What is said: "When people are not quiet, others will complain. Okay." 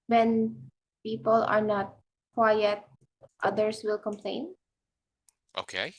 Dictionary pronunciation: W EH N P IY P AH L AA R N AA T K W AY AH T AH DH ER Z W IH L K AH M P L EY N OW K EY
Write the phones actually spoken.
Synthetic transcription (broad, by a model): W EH N P IY P AH L AA R N AA T K W AY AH T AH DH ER S W IH L K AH M P L EY N OW K EY